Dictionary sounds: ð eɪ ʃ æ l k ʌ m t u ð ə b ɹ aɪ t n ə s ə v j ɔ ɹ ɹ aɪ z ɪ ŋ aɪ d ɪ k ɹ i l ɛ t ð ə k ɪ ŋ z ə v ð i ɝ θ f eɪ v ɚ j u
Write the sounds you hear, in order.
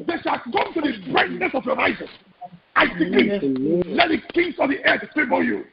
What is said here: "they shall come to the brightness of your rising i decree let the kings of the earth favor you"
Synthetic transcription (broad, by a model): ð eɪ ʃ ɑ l k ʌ m t u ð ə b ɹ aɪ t n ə s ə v j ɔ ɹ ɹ aɪ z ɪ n aɪ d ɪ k i l ɛ t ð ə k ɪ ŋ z ə v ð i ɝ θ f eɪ b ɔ j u